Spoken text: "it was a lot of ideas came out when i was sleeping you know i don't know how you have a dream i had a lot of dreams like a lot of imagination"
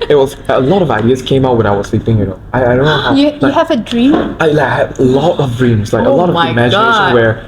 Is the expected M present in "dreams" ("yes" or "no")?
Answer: yes